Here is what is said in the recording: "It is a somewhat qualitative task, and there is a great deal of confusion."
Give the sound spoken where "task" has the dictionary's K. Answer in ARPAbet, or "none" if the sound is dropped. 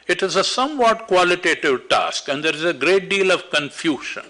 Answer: K